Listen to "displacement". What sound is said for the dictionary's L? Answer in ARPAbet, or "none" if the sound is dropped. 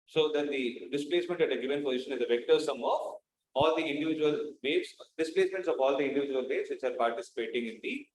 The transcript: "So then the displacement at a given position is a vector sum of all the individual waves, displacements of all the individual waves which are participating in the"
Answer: L